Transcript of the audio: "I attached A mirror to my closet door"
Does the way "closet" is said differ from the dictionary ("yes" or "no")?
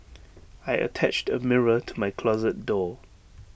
no